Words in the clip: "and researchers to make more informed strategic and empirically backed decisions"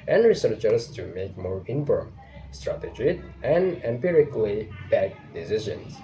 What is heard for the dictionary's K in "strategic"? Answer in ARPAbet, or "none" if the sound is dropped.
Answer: none